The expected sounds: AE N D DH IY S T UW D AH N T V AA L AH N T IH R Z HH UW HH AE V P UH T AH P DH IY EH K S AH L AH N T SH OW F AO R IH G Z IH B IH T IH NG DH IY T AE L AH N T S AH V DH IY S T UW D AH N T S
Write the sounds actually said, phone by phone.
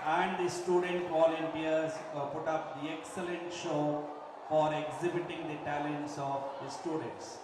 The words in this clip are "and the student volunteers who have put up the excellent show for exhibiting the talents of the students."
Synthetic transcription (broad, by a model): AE N D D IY S T UW D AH N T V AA L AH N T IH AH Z P UH T AH P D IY EH K S AH L AH N T SH OW F AO R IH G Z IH B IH T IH NG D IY T AE L AH N T S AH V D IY S T UW D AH N T S